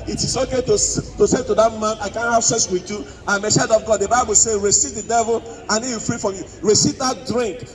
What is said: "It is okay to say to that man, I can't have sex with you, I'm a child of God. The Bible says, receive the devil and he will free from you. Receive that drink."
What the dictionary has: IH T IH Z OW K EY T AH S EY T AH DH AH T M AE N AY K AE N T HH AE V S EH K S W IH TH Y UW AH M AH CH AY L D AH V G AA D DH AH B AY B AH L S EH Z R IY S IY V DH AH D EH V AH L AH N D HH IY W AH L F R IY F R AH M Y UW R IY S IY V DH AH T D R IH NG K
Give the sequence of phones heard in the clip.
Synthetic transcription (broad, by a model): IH T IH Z OW K EY T AH S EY T AH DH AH T M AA N AY K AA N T HH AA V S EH S W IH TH Y UW AH M AH S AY D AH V G AA D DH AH B AY B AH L S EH R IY S IY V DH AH D EH V AH L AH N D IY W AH F R IY F R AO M Y UW R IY S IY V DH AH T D R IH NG K